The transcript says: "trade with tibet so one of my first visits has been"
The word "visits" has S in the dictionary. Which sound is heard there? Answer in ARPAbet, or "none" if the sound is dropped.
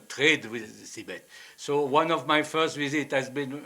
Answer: none